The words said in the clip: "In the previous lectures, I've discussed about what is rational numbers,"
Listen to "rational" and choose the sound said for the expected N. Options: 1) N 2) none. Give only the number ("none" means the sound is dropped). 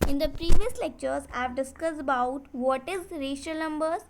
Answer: 2